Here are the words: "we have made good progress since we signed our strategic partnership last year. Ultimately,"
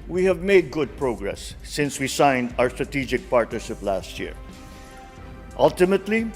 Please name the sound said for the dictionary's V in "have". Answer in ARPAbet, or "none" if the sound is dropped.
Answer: V